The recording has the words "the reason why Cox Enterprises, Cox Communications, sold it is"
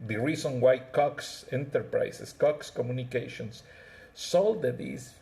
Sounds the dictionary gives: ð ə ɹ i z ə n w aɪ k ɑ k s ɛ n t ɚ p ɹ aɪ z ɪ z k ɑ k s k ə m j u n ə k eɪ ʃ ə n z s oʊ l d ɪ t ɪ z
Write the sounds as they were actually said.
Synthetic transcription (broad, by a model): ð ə ɹ i s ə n w aɪ k ɑ k s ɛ n t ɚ p ɹ aɪ s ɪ s k ɑ k s k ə m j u n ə k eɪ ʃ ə n s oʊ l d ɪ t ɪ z